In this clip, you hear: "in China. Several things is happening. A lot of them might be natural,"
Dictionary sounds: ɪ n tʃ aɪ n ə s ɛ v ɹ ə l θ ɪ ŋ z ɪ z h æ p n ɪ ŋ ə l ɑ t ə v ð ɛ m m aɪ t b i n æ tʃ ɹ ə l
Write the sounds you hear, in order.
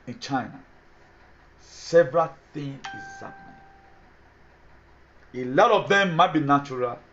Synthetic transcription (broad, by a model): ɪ n tʃ aɪ n ə s ɛ v ɹ ə l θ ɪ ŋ ɪ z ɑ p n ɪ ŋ ə l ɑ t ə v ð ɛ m m aɪ t b i n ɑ tʃ ɹ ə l